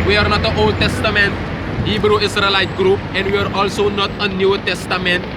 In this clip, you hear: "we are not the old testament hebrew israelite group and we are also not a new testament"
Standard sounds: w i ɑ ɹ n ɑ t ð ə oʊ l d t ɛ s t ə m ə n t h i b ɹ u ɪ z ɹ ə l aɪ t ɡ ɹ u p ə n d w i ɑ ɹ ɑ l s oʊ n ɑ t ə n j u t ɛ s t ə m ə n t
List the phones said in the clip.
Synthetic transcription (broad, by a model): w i ɑ ɹ n ɑ t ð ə oʊ l d t ɛ s t ə m ə n t h i b ɹ u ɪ s ɹ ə l aɪ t ɡ ɹ u p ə n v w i ɑ ɹ ɑ l s oʊ n ɑ t ə n j u t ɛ s t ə m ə n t